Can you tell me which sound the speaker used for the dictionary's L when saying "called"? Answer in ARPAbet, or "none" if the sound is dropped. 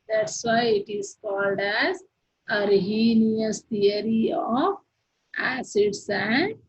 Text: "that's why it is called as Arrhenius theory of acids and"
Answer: L